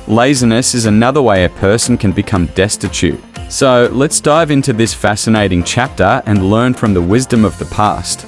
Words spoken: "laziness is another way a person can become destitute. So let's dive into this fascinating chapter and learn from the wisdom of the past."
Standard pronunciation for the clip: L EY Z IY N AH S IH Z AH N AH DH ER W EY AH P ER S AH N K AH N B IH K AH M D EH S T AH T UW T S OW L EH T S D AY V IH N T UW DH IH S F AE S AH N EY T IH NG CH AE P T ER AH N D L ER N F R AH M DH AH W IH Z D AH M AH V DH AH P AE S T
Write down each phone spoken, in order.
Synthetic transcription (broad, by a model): L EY Z IY N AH S IH Z AH N AH DH ER W EY AH P ER S N K AH N B IH K AH M D EH S T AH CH UW T S OW L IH T S D AY V IH N T UW DH IH S F AE S AH N EY T IH NG CH AE P T ER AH N L ER N F R AH M DH AH W IH Z D AH M AH V DH AH P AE S T